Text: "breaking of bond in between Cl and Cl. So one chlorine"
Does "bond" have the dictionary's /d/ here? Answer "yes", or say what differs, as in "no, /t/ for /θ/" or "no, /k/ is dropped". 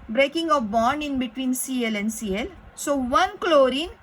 yes